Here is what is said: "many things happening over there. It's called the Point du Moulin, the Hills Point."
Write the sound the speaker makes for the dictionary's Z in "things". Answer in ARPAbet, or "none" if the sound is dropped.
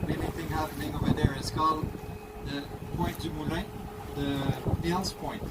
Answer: none